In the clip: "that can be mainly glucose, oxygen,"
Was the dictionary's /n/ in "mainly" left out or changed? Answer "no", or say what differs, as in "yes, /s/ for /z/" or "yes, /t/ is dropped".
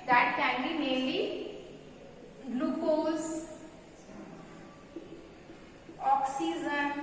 yes, /n/ is dropped